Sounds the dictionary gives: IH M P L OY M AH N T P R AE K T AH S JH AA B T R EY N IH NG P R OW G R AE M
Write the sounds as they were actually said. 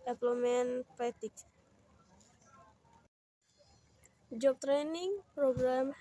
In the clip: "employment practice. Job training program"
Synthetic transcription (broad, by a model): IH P L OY M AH N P EH T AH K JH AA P T R EY N IH NG P R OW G R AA M